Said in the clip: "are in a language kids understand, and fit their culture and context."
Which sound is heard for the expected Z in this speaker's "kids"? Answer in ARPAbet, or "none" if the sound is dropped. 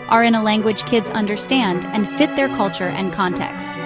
Z